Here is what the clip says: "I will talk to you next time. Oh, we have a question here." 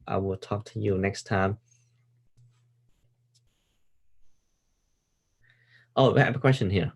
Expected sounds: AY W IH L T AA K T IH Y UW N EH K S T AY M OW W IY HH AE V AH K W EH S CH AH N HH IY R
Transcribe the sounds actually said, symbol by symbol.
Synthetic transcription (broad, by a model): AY W IH L T AA K T IH Y UW N EH K S T AY M OW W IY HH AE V AH K W EH S CH AH N HH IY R